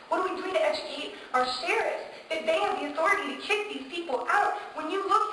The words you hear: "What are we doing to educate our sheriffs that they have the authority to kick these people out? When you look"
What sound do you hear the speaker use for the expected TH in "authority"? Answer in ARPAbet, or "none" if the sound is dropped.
TH